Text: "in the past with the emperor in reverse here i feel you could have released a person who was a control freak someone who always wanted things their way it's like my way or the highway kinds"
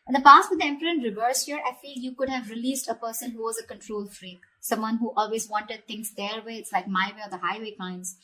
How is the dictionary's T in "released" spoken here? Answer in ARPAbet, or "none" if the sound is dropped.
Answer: T